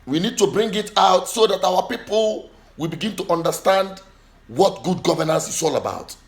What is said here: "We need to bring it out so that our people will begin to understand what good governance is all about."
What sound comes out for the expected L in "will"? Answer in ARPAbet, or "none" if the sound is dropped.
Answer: L